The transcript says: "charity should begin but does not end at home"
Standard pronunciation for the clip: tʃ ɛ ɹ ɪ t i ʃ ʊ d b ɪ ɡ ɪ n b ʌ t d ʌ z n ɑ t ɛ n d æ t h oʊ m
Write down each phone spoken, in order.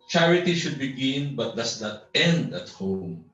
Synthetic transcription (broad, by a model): tʃ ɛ ɹ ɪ t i ʃ ʊ d b ɪ ɡ ɪ n b ʌ t d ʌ s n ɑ t ɛ n d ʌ t h oʊ m